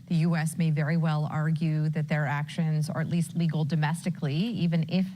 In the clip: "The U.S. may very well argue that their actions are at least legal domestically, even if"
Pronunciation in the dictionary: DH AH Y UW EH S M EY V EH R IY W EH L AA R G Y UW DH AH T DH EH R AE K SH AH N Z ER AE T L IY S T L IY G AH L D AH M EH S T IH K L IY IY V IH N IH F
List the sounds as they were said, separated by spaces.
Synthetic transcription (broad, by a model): DH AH Y UW EH S M EY V EH R IY W EH L AA R G Y UW DH AH T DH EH R AE K SH AH N Z ER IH T L IY S T L IY G L D AH M EH S T IH K L IY IY V IH N IH F